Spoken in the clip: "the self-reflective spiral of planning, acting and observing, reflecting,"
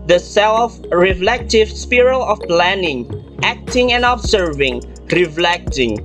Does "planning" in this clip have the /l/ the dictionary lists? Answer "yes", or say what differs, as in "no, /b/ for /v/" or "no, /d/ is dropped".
yes